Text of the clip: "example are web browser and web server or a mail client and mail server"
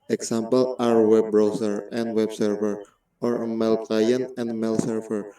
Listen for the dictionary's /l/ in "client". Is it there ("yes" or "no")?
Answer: no